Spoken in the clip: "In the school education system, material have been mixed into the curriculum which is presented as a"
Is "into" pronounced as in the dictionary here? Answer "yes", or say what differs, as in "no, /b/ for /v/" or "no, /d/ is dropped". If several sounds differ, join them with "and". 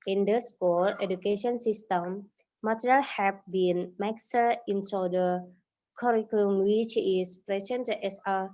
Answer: no, /s/ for /t/